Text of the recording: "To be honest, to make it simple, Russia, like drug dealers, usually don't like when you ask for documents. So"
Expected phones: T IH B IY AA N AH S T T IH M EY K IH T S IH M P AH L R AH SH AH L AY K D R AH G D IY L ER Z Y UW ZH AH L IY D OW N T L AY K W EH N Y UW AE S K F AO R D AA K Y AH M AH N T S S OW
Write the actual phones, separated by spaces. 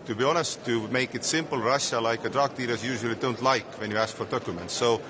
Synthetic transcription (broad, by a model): T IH B IY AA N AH S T T IH M EY K IH T S IH M P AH L R AH SH AH L AY K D R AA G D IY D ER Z Y UW ZH AH L IY D OW N T L AY K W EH N Y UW AE S K F AO R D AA K Y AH M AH N T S S OW